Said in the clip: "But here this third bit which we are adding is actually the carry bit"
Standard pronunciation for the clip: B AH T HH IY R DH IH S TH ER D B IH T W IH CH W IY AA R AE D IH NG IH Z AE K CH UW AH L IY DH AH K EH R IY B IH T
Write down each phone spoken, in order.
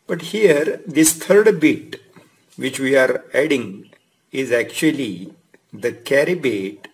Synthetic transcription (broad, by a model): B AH T HH IY R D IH S T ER D B IH T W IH CH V IY AA R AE D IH NG IH Z AE K CH UW AH L IY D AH K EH R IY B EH T